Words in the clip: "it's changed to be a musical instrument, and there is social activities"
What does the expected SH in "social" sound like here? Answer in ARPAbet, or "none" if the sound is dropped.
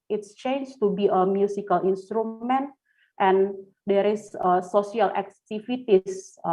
S